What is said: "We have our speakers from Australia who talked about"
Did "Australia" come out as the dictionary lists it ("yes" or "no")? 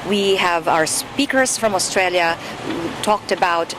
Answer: yes